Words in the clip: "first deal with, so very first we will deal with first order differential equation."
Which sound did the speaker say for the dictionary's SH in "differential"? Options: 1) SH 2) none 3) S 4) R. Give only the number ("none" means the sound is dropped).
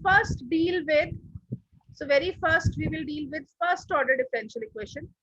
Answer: 1